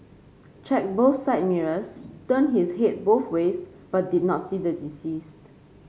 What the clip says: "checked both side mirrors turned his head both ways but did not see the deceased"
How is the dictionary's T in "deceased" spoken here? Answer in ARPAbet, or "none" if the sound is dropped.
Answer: T